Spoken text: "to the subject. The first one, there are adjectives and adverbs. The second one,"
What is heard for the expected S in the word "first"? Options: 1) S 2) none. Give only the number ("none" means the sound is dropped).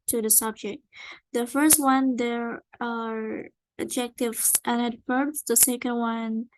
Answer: 1